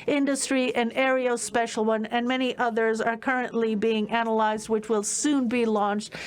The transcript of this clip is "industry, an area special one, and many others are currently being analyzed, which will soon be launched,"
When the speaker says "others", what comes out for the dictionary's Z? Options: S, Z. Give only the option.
Z